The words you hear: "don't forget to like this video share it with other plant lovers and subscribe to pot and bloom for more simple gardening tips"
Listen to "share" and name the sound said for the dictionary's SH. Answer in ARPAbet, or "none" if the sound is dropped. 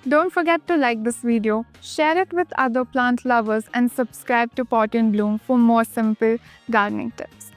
SH